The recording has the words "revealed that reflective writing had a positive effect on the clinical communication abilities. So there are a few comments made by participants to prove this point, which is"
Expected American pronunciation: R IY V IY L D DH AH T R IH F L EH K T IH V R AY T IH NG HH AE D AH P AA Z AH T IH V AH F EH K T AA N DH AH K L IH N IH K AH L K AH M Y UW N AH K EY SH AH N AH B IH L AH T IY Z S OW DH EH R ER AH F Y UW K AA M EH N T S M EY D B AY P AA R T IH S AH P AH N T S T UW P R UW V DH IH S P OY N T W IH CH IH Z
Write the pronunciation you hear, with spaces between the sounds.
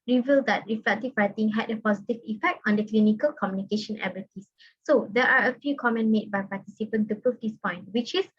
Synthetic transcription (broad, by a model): R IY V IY L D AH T R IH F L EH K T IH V R AY T IH NG HH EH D AH P AA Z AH T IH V AH F EH K T AA N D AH K L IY N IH K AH L K AH M Y UW N AH K EY SH AH N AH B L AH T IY S OW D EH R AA AH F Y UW K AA M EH N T M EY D B AY P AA T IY S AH P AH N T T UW P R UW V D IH S P OY N T W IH CH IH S